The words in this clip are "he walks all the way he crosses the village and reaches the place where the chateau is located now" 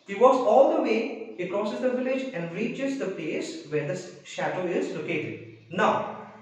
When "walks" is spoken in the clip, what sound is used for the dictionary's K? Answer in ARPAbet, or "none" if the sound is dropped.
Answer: none